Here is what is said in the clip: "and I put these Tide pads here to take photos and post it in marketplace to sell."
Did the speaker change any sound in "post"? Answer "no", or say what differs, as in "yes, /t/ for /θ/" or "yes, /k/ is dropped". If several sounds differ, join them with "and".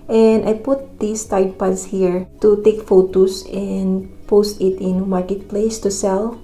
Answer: no